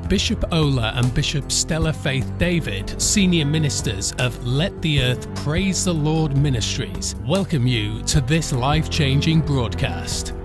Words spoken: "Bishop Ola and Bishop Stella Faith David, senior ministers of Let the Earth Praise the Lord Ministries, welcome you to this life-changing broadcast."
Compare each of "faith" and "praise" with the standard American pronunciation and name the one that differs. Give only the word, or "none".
none